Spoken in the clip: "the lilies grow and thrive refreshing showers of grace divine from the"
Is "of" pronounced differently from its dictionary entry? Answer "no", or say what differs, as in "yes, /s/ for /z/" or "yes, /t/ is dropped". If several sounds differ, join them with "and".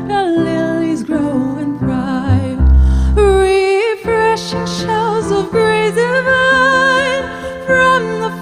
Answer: no